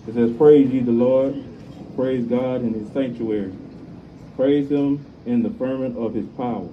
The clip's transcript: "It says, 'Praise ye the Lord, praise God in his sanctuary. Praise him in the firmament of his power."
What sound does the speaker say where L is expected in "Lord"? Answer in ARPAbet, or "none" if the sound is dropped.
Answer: L